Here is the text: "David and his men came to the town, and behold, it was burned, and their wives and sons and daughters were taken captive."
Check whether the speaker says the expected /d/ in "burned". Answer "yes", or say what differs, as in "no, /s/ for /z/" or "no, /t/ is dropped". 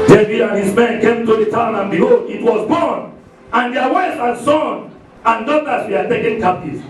no, /d/ is dropped